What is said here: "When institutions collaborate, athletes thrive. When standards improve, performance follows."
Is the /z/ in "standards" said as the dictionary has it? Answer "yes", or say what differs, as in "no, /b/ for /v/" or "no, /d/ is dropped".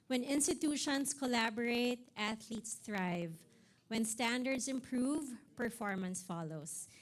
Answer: no, /s/ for /z/